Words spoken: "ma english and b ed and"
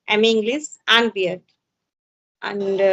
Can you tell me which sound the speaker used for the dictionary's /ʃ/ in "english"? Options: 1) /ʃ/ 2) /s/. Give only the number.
2